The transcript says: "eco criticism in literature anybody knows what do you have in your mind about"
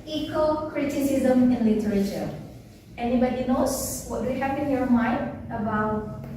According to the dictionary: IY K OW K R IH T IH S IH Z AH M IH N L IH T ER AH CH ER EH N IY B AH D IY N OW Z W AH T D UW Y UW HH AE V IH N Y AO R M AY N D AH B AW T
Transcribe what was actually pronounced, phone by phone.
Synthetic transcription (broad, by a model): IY K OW K R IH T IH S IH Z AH M IH N L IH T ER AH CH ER EH N IY B AH D IY N OW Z W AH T D UW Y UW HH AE P IH N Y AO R M AY N D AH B AW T